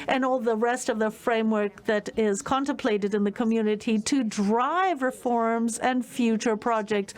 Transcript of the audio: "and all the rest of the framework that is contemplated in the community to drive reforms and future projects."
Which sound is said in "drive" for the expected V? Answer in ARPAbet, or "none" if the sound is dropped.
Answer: V